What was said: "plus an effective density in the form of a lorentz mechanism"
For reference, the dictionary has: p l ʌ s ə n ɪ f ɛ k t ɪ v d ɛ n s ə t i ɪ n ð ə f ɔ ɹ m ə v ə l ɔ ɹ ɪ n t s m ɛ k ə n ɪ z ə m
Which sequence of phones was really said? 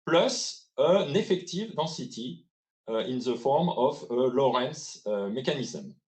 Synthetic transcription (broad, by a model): p l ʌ s ə n ɪ f ɛ k t ɪ v d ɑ s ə t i ɪ n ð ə f ɔ ɹ m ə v ə l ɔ ɹ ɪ n s m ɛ k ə n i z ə m